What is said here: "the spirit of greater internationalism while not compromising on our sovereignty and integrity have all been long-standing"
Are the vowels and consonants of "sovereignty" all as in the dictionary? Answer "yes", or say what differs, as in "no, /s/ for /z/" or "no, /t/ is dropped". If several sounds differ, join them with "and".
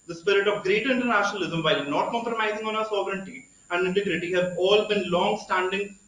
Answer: yes